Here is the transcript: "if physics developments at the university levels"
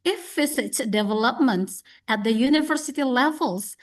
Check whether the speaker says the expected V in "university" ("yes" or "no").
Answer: yes